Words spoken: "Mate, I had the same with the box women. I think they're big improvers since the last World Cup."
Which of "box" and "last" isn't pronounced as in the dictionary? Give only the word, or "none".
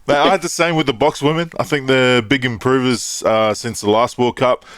none